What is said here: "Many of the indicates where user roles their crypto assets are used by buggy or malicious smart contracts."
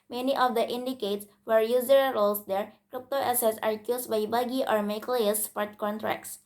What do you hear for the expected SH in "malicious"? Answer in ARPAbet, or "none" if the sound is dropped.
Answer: none